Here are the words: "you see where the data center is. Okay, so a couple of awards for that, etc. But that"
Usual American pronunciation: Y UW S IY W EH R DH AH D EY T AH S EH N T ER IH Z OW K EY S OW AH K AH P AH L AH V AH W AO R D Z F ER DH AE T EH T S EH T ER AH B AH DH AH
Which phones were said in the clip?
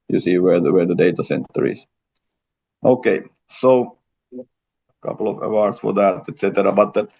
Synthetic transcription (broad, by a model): Y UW S IY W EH W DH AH D EY T AH S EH N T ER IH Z OW K EY S OW AH K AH P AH L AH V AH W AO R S F ER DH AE T EH T S EH T ER AH B AH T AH